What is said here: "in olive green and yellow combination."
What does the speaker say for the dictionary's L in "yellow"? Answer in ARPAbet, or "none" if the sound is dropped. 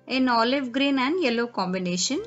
L